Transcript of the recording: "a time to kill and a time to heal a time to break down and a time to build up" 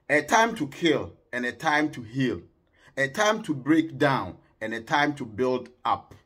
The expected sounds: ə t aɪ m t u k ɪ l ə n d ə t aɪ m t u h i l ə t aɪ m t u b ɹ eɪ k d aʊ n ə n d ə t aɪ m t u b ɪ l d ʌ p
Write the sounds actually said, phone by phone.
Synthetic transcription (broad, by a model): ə t aɪ m t u k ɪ l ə n ə t aɪ m t u h i l ə t aɪ m t u b ɹ eɪ k d aʊ n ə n ə t aɪ m t u b ɪ l d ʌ p